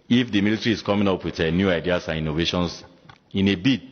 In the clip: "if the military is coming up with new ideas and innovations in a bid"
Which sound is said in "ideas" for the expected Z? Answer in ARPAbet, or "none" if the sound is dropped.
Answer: S